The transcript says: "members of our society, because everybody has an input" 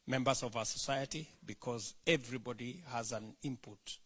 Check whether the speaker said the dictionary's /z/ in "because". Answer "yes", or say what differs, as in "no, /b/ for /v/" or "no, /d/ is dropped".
yes